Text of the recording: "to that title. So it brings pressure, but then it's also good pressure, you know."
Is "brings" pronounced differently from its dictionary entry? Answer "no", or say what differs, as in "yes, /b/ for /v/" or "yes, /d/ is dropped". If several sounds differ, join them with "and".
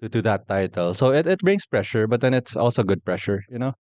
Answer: yes, /s/ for /z/